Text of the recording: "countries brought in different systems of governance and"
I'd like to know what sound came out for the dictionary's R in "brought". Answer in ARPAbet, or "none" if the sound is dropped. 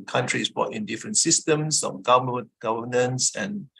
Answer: none